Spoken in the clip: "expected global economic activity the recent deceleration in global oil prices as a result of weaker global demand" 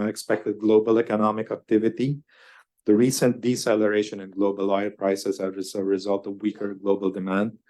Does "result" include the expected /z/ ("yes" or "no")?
yes